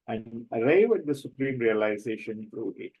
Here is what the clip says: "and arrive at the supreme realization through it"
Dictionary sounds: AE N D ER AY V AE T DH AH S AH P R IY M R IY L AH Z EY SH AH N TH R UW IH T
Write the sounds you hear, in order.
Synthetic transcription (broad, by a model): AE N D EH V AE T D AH S AH P R IY M R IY L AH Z EY SH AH N F R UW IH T